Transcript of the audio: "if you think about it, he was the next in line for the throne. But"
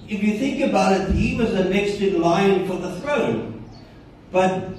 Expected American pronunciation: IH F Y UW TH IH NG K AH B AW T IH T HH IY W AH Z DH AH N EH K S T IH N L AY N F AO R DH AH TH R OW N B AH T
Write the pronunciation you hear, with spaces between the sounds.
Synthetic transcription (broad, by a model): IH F Y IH TH IH NG K AH B AW T IH T HH IY W AH Z DH AH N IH K S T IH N L AY N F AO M DH AH TH R OW N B AH T